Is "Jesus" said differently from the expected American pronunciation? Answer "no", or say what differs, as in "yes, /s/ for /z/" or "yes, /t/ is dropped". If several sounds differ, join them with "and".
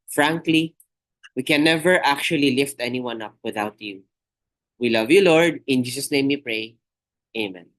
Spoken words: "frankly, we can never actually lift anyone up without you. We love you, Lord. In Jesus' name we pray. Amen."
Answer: yes, /s/ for /z/